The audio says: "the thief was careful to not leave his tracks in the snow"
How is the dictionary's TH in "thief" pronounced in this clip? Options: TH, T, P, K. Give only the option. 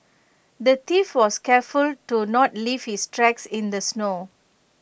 T